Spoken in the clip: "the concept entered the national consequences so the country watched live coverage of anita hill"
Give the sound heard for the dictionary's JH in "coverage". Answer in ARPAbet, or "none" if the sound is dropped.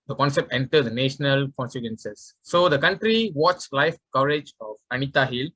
JH